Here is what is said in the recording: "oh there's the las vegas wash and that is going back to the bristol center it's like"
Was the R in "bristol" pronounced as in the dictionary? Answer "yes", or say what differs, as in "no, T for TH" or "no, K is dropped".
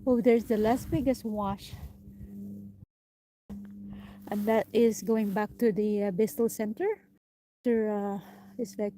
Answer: no, R is dropped